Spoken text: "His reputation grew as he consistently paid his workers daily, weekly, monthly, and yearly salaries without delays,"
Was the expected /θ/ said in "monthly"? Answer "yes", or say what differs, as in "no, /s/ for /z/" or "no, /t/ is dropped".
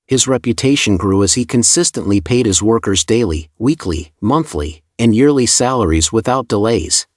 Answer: yes